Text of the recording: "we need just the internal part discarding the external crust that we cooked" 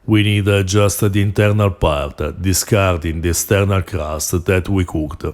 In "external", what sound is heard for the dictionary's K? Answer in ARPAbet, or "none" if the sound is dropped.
none